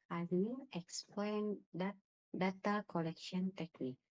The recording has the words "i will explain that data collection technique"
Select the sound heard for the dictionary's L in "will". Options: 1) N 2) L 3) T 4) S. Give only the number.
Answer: 1